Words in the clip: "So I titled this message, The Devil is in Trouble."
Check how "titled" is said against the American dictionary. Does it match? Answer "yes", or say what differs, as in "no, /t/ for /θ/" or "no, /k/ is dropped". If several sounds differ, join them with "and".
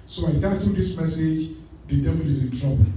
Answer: no, /l/ is dropped